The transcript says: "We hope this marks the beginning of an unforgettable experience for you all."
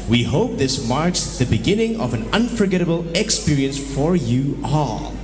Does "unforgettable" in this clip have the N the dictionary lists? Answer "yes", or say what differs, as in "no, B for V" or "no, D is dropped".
yes